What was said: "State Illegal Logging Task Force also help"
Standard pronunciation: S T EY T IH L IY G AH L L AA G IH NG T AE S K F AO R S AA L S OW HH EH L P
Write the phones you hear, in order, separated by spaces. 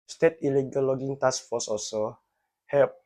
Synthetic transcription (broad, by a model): S T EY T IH L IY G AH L L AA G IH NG T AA S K F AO S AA S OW HH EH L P